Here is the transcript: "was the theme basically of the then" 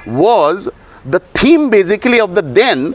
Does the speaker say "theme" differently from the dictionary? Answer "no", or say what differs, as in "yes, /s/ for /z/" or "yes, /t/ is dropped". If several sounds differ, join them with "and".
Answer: yes, /t/ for /θ/